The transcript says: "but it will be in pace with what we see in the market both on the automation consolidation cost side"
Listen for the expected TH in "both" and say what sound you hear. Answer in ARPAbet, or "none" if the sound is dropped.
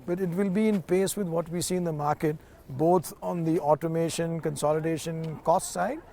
T